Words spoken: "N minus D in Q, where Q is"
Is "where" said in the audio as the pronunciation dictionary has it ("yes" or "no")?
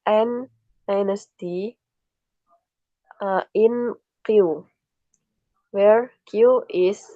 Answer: yes